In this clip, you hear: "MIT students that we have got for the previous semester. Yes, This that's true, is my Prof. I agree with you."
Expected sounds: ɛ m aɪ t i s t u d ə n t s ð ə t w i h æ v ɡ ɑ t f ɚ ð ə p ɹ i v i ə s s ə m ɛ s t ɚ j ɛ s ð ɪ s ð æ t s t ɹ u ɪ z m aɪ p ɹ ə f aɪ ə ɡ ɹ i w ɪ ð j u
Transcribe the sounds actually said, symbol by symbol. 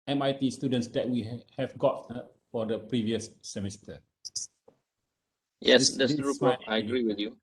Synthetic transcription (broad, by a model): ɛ m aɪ t i s t u d ə n t s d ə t w i h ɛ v ɡ ɑ t f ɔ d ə p ɹ i v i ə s s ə m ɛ s t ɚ j ɛ s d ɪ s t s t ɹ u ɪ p ə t aɪ ə ɡ ɹ i w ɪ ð j u